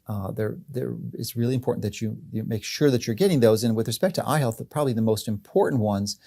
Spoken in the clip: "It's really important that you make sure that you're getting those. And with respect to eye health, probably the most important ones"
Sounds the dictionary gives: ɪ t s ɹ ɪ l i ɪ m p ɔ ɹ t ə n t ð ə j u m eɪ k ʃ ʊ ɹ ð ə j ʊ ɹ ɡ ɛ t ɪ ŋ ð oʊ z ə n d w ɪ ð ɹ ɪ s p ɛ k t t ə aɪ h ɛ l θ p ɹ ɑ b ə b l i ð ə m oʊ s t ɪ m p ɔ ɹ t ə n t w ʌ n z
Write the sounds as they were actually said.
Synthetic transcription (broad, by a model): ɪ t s ɹ ɪ l i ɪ m p ɔ ɹ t n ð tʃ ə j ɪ m eɪ k ʃ ʊ ɹ ð ə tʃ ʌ ɹ ɡ ɛ t ɪ ŋ ð oʊ z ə n w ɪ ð ɹ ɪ s p ɛ k t t ə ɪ h ɛ l θ p ɹ ɑ b ə b l i ð ə m oʊ s t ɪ m p ɔ ɹ t n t w ʌ n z